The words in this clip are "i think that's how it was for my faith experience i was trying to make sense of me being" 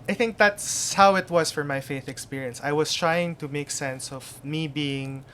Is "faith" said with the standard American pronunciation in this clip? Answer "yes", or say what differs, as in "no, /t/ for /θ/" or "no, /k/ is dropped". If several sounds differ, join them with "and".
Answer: yes